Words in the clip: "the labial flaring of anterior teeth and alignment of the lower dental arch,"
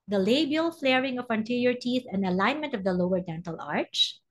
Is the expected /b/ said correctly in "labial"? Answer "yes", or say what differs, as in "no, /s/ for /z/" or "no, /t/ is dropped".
yes